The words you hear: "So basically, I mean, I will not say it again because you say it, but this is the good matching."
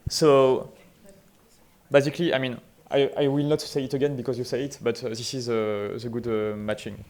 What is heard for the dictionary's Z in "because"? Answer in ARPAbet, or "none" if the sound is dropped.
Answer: Z